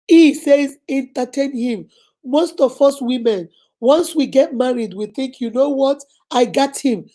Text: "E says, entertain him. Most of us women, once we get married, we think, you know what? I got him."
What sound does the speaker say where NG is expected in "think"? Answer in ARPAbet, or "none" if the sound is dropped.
NG